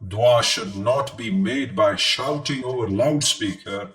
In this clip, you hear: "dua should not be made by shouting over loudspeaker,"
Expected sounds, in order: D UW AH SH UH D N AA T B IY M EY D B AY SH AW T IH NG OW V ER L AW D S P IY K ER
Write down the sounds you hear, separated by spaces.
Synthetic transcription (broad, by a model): D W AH SH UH D N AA T B IY M EY D B AY SH AW T IH NG OW V ER L AW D S P IY K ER